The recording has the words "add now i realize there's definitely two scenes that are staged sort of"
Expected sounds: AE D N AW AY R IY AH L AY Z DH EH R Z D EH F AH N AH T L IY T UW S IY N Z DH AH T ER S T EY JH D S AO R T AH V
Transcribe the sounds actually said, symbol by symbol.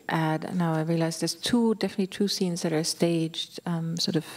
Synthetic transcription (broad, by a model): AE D N AW AY R IY AH L AY Z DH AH R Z D EH F AH N AH T L IY T UW S IY N Z DH AH T ER S T EY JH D S AO R T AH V